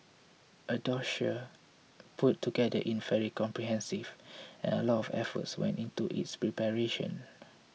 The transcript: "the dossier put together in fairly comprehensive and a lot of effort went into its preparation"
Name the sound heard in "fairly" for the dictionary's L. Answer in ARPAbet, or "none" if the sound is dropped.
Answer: none